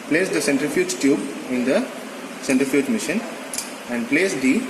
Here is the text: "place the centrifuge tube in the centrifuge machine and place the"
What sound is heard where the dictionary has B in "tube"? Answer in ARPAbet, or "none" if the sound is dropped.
B